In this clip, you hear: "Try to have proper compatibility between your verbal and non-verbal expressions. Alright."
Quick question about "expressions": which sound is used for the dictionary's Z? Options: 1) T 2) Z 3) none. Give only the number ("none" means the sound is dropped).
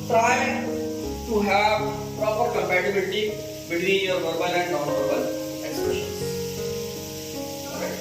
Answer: 3